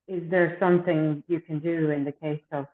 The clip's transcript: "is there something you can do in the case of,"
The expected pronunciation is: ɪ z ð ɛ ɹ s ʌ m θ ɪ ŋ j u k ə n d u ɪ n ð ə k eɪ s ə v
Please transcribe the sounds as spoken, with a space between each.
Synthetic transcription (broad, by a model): ɪ z ð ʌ ɹ s ʌ m θ ɪ ŋ j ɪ k ə n d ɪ ɪ n ð ə k eɪ s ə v